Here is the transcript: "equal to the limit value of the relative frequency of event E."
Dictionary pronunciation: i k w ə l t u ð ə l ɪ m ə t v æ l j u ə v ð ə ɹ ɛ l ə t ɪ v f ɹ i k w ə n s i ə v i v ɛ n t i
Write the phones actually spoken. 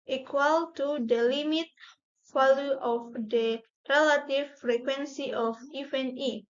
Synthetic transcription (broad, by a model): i k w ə l t u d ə l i m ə t f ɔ l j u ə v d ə ɹ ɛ l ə t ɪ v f ɹ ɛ k w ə n s i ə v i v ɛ n i